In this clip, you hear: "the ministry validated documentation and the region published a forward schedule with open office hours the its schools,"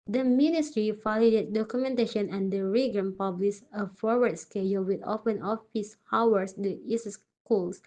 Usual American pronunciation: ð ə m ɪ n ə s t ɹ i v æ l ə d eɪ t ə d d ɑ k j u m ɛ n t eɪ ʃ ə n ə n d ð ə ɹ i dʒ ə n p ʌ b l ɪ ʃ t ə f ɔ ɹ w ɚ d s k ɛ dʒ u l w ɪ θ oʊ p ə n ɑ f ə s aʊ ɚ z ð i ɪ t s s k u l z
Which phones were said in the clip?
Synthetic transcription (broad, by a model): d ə m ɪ n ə s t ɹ i f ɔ l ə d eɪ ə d d ɑ k j u m ɛ n t eɪ ʃ ə n ə n d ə ɹ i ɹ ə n p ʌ b l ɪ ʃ ə f ɔ ɹ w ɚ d s k ɛ dʒ u l w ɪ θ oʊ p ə n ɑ f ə s aʊ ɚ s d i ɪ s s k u l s